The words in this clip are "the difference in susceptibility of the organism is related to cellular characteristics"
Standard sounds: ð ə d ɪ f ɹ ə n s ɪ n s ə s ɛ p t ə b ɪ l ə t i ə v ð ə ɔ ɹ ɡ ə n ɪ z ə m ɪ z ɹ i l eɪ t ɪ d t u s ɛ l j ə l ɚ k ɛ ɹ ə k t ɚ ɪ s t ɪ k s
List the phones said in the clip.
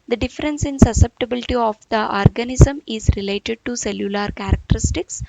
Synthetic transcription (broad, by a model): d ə d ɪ f ɹ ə n s ɪ n s ə s ɛ p t ə b ɪ l ə t i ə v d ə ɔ ɹ ɡ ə n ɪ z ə m ɪ z ɹ i l eɪ t ɪ d t u s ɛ l j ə l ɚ k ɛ ɹ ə k t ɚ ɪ s t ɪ k s